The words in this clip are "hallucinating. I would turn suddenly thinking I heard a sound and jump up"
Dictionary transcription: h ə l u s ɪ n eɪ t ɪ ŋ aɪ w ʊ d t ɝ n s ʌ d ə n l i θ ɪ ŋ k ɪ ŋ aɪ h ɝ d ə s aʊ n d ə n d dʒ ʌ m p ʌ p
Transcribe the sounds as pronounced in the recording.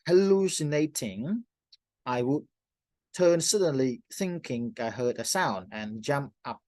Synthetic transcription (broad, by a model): h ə l u s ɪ n eɪ t ɪ ŋ aɪ w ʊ d t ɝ n s ʌ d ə n l i θ ɪ ŋ k ɪ ŋ aɪ h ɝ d ə s aʊ n d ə n dʒ ʌ m p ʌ p